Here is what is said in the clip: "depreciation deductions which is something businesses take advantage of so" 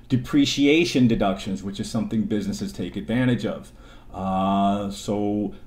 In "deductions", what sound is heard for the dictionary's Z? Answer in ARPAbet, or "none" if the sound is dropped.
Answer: Z